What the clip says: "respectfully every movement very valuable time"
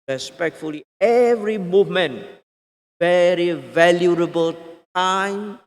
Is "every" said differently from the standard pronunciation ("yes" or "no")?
no